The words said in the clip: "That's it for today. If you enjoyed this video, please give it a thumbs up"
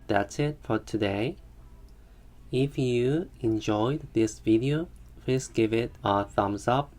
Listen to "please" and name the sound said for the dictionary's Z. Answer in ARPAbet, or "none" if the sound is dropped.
S